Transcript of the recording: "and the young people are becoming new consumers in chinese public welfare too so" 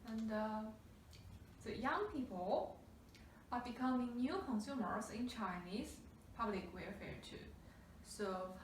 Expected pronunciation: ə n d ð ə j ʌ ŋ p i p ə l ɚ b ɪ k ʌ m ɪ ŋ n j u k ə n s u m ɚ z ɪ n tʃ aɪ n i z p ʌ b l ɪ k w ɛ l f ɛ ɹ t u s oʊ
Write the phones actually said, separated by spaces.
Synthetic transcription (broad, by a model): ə n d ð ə j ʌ ŋ p i p ə l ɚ b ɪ k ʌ m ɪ ŋ n j u k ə n s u m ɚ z ɪ n tʃ aɪ n i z p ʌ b l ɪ k w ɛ f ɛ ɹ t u s oʊ